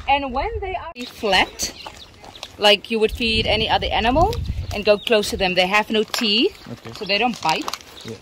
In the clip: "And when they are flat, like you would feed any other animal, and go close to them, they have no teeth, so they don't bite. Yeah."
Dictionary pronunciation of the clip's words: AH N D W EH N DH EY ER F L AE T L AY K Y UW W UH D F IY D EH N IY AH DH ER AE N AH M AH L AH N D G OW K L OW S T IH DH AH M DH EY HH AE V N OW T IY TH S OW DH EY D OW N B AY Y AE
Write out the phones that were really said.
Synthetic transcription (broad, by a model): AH N W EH N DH EY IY F L AE T L AY K Y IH W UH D F IY D EH N IY AH DH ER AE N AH M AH L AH N G OW K L OW S T IH DH AH M DH EY HH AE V N OW T IY S OW DH EY D OW N B AY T